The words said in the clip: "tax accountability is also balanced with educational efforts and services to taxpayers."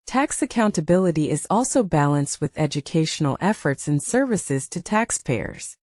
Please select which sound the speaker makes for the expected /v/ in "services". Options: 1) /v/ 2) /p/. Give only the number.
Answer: 1